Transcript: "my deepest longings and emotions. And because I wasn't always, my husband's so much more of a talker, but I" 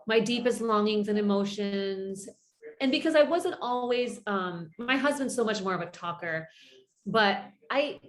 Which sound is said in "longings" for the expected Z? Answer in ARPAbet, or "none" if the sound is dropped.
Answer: Z